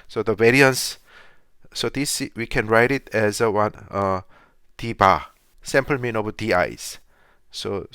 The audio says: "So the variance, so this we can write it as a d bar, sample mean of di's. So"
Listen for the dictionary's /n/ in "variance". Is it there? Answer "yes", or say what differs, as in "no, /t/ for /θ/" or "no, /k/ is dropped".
yes